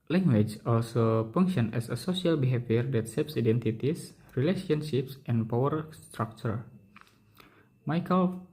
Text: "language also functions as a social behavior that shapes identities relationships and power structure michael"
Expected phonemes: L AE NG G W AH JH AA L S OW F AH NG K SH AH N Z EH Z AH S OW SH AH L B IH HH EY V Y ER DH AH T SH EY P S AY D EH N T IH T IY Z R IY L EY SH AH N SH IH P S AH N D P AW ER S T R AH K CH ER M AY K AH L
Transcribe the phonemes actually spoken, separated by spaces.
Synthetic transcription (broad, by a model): L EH NG G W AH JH AA L S OW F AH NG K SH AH N EH S AH S OW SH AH L B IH HH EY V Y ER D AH T S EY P S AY D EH N T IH T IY S R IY L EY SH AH N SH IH P S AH N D P AW ER S T R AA K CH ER M AY K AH L